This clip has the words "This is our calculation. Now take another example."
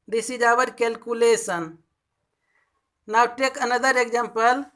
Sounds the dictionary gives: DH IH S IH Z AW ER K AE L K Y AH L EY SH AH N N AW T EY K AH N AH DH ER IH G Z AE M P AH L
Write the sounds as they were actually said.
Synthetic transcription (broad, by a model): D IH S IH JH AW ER K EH L K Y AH L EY S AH N N AW T EY K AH N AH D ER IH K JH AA M P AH L